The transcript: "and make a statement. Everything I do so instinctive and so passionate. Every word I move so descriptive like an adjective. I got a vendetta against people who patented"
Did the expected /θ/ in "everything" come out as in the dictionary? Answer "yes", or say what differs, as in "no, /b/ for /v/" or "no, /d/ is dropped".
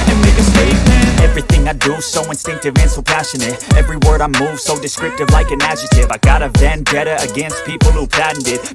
yes